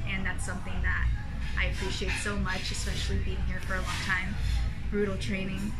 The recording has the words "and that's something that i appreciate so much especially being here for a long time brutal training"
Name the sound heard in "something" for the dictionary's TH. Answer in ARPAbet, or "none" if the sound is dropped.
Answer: TH